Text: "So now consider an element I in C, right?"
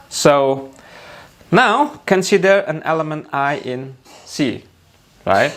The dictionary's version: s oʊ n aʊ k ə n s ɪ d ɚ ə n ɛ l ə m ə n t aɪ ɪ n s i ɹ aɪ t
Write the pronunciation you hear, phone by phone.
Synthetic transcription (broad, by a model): s oʊ n aʊ k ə n s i d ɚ ə n ɛ l ə m ə n t aɪ ɪ n s i ɹ aɪ t